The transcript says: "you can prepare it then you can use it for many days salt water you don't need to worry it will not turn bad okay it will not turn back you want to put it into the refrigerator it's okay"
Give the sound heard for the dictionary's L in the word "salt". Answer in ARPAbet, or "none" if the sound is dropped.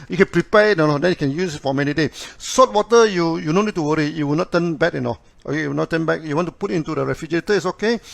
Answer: none